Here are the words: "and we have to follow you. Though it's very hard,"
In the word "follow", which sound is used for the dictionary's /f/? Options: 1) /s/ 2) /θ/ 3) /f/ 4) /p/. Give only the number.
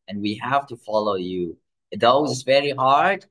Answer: 3